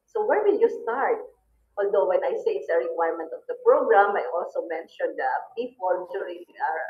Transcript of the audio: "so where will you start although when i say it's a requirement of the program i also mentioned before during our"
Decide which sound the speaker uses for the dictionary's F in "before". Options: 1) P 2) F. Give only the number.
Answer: 1